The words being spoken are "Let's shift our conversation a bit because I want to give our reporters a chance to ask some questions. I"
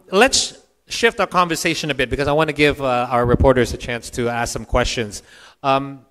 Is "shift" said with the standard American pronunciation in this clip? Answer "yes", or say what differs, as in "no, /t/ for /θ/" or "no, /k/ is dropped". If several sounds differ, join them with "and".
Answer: yes